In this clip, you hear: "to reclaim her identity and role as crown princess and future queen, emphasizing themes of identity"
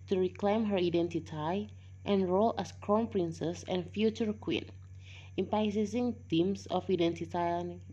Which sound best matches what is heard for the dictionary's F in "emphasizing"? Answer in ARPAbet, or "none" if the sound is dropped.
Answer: P